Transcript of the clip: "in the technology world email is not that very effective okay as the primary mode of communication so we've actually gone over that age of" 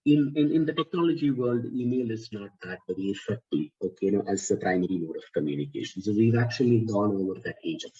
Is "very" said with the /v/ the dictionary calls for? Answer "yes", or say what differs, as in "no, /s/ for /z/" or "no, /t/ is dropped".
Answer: no, /b/ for /v/